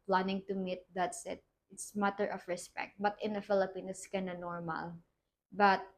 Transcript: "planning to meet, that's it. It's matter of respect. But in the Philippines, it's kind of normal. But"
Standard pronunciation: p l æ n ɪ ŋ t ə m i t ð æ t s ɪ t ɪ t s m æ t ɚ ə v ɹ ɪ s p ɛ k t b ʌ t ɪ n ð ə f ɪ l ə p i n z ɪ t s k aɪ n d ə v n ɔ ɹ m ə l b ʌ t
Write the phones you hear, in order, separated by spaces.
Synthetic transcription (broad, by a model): p l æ n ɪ ŋ t ə m i t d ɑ t s ɪ t ɪ t s m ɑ t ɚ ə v ɹ ɪ s p ɛ k t b ʌ t ɪ n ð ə f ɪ l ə p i n ɪ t s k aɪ n ə n ɔ ɹ m ə l b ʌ t